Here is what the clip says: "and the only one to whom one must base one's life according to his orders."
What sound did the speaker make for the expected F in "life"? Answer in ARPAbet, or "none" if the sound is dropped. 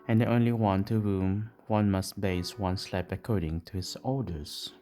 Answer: P